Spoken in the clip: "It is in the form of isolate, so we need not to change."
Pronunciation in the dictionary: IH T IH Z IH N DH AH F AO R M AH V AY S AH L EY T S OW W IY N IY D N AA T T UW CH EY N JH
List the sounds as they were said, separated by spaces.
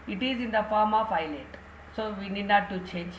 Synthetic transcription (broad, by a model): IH T IH Z IH N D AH F AO R M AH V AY AH L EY T S OW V IY N IY D N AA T T UW CH EY N JH